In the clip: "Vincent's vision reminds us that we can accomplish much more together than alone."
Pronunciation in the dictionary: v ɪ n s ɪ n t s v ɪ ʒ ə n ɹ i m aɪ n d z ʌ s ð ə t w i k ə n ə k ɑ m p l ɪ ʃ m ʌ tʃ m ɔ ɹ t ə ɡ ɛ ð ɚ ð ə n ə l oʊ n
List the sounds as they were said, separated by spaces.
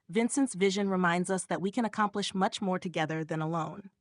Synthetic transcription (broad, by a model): v ɪ n s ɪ n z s v ɪ ʒ ə n ɹ i m aɪ n d z ʌ s ð ə t w i k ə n ə k ɑ m p l ɪ ʃ m ʌ tʃ m ɔ ɹ t ə ɡ ɛ ð ɚ ð ə n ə l oʊ n